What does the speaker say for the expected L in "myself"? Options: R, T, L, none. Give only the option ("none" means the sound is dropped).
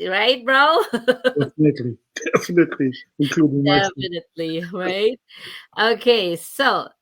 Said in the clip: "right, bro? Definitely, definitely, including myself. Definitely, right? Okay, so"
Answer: none